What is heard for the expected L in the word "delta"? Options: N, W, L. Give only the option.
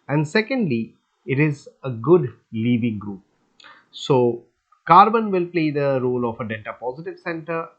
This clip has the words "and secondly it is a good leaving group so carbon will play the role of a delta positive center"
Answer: N